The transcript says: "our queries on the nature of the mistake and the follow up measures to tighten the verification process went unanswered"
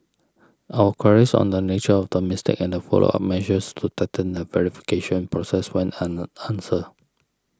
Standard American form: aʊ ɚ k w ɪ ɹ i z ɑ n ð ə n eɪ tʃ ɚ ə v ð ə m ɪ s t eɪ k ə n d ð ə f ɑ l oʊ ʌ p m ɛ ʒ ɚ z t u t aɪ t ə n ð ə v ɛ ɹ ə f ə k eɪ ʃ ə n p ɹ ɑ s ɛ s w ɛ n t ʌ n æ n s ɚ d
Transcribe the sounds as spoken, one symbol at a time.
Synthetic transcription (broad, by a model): aʊ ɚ k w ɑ ɹ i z ɑ n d ə n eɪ tʃ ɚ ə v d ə m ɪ s t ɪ k ə n d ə f ɑ l oʊ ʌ f m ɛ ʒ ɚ s t u t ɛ t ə n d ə v ɛ ɹ ə f ə k eɪ ʃ ə n p ɹ ɑ s ɛ s w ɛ n ɑ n n s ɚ